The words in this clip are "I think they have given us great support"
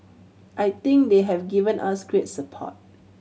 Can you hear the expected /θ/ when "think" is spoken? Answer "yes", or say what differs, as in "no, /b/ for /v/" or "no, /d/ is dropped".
no, /t/ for /θ/